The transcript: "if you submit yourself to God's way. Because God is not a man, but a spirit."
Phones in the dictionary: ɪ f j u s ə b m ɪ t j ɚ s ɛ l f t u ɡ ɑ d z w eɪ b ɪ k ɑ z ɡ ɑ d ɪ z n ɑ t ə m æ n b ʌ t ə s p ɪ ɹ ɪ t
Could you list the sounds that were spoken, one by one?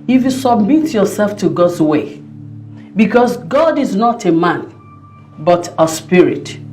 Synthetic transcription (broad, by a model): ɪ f j u s ə b m ɪ t j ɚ s ɛ l f t u ɡ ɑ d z w eɪ b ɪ k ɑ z ɡ ɑ d ɪ z n ɑ t ə m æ n b ʌ t ə s p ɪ ɹ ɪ t